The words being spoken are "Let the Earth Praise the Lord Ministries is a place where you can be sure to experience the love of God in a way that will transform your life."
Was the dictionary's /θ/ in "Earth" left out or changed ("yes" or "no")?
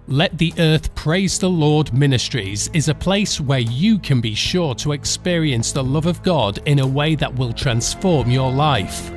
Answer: no